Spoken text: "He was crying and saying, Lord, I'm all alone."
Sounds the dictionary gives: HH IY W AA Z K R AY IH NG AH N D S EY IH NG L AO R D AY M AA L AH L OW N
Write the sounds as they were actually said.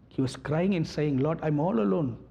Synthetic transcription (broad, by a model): HH IY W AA S K R AY IH NG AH N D S EY IH NG L AO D AY M AA L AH L OW N